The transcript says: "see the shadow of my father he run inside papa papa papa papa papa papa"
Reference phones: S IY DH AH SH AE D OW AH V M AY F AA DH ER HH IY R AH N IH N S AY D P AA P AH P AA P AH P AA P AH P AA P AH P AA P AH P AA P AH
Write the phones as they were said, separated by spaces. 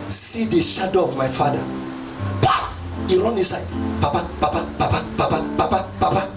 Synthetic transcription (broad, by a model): S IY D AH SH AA D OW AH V M AY F AA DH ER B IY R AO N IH S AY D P AA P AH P AA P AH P AA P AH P AA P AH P AA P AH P AA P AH